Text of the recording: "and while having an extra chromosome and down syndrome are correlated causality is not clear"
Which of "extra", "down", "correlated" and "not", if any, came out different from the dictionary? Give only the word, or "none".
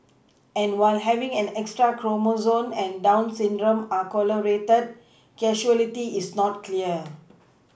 correlated